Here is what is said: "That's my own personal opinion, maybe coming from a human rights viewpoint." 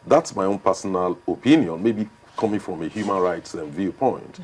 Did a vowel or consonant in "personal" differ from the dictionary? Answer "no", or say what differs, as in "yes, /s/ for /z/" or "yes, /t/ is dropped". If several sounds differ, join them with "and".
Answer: no